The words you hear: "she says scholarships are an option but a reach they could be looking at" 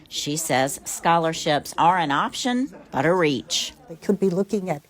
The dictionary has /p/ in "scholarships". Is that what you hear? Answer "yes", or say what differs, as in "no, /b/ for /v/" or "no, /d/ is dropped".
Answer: yes